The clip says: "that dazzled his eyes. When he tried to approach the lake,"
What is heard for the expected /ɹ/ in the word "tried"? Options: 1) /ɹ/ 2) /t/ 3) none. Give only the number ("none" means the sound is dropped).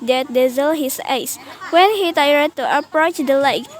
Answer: 3